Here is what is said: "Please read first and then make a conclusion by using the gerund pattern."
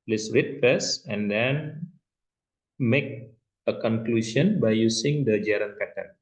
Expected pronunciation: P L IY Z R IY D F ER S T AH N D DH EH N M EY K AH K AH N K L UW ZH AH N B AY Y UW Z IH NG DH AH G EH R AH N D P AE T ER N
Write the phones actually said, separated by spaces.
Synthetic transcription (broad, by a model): L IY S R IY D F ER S AH N D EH N M EY K AH K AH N K L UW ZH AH N B AY Y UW S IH NG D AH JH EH R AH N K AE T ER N